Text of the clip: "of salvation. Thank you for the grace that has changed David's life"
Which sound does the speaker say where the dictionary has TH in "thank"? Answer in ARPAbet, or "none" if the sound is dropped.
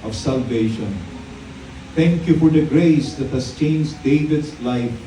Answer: T